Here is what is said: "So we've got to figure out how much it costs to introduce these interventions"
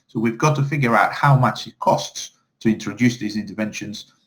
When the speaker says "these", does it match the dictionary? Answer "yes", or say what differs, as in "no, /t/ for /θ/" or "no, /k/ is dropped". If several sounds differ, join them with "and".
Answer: yes